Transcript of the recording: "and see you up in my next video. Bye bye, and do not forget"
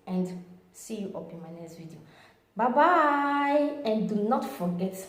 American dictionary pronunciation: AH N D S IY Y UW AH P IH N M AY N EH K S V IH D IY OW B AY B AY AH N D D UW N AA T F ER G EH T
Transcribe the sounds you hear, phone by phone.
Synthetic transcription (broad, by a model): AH N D S IY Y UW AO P IH N M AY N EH S V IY D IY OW B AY B AY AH N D D UW N AA T F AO G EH T